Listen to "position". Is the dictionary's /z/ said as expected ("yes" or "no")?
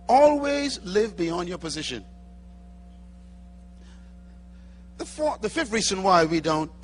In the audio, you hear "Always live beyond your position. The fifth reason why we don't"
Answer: yes